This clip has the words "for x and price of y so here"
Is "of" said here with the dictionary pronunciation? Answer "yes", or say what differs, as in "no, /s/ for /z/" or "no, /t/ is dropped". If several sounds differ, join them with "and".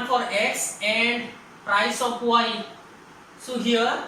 no, /p/ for /v/